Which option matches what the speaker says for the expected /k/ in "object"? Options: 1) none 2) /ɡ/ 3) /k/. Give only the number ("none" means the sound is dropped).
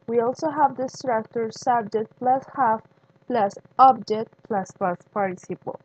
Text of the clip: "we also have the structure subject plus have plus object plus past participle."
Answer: 1